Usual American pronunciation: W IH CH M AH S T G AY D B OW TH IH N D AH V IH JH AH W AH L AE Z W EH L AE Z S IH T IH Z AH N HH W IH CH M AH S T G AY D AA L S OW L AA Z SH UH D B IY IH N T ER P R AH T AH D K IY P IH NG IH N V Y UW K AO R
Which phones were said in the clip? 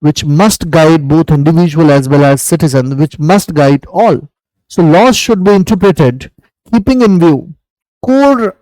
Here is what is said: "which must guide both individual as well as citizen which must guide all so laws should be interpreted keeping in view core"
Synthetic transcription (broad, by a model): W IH CH M AH S T G AY D B OW T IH N D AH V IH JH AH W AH L AE Z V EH L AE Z S IH T IH Z AH N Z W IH CH M AH S T G AY D AA L S OW L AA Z SH UH D B IY IH N T ER P R AH T AH D K IY P IH NG IH N V Y UW K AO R